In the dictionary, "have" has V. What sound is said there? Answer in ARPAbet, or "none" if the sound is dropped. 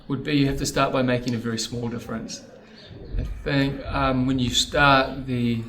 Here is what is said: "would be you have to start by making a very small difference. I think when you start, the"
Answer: F